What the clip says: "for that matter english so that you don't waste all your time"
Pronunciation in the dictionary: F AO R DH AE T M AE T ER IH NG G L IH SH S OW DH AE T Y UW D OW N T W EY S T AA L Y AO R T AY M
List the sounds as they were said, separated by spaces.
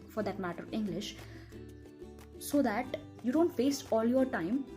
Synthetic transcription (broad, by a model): F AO R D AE T M AE T ER IH NG G L IH SH S OW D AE T Y UW D OW N T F EY S AA L Y AO R T AY M